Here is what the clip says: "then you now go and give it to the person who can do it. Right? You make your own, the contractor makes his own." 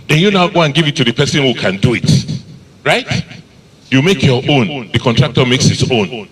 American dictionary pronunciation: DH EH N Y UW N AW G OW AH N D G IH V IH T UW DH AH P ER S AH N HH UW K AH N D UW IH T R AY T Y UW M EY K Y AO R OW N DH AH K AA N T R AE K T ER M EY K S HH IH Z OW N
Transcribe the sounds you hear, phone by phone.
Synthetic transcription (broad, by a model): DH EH N Y UW N AW G OW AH N G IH V IH T UW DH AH P ER S AH N HH UW K AH N D UW IH T R AY T Y UW M EY K Y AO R OW N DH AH K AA N T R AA K T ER M EY K S HH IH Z OW N